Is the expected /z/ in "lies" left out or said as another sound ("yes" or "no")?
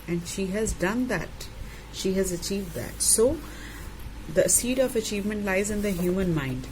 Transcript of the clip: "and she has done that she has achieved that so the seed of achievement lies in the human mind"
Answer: no